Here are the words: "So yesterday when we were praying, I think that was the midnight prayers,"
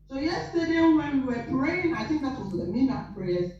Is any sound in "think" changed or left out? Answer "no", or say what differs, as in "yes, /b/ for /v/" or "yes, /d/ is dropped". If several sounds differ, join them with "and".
no